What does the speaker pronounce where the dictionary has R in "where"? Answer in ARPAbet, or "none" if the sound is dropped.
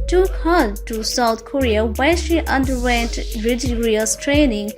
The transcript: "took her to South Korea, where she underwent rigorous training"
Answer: L